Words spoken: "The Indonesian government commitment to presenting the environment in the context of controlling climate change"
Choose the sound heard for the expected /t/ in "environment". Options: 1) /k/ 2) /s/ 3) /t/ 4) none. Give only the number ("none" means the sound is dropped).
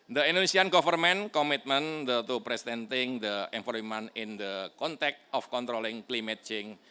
4